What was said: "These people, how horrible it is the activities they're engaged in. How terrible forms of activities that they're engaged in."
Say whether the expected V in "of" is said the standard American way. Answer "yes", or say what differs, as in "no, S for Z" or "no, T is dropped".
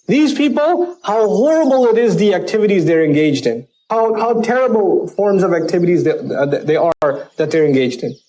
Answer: yes